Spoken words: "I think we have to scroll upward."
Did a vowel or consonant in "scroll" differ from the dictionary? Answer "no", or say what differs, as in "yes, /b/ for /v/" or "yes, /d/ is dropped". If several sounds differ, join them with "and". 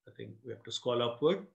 yes, /ɹ/ is dropped